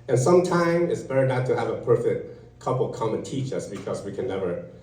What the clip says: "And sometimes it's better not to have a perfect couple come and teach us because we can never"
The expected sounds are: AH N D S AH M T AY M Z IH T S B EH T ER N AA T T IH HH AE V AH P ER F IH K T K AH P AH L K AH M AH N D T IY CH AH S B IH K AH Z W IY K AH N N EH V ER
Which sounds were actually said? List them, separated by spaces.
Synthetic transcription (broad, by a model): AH N S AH M T AY M IH T S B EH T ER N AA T T IH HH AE V AH P ER F IH K T K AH P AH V K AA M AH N T IY CH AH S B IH K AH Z W IY K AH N N EH V ER